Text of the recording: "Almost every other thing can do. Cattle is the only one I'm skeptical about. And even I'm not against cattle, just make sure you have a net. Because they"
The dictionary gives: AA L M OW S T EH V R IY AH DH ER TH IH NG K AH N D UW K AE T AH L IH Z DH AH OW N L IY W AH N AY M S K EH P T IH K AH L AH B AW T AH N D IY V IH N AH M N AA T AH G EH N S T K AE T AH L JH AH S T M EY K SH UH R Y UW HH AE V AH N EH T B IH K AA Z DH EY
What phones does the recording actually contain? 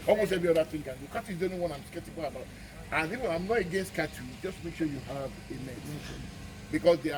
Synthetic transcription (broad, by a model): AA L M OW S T EH V R IY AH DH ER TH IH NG K AH N D UW K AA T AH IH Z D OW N IY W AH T AY M S K EH P T IH K AH L AH B AW T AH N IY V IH AH M N AA T AH G EH N S T K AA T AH JH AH S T M EY K SH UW Y UW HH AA V AH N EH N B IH K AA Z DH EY